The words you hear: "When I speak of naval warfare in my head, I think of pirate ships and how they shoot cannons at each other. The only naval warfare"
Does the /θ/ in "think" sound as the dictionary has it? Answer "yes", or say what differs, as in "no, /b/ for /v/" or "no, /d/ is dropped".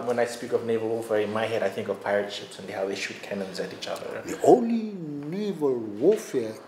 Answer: yes